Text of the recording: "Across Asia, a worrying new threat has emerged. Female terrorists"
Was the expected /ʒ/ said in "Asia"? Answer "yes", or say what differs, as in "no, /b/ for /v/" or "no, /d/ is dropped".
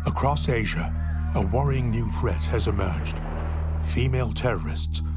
yes